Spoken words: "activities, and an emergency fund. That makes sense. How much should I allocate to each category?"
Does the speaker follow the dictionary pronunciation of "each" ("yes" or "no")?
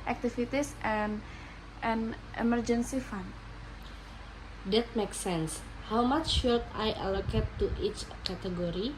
yes